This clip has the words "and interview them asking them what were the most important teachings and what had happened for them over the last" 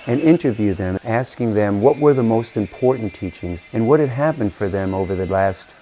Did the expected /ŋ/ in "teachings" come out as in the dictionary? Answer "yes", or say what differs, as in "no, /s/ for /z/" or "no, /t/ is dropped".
yes